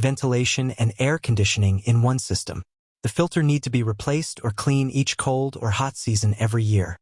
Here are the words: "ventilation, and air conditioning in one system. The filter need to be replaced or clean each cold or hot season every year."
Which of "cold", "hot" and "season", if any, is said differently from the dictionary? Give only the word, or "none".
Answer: none